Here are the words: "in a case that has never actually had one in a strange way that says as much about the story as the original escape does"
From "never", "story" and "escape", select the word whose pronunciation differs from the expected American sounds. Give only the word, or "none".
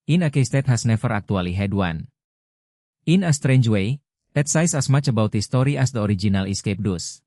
never